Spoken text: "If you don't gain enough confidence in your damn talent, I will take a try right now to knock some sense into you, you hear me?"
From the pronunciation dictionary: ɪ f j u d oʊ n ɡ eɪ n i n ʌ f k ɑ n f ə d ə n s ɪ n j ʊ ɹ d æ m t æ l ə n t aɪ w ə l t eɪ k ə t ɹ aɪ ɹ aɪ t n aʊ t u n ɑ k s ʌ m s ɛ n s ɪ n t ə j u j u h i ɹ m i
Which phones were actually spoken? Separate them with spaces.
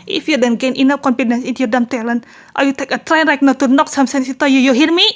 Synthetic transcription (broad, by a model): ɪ f j u d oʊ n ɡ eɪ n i n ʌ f k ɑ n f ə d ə n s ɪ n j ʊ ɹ d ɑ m t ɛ l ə n t aɪ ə t eɪ k ə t ɹ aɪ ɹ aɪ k n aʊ t u n ɑ k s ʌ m s ɛ n s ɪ t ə j u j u h i ɹ m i